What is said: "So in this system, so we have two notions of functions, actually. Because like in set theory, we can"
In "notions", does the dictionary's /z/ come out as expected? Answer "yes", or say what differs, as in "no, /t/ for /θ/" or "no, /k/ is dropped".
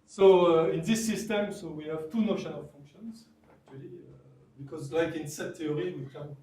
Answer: no, /z/ is dropped